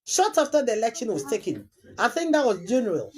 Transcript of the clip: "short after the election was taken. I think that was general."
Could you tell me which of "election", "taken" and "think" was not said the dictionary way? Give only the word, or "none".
none